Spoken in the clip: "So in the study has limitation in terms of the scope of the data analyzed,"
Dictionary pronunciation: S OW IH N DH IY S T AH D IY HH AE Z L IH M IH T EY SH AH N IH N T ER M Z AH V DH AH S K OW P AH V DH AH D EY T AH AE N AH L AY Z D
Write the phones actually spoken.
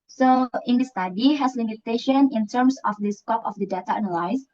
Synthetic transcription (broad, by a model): S OW IH N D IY S T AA D IY HH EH S L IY M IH T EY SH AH N IH N T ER M S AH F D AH S K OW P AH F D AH D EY T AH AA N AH L AY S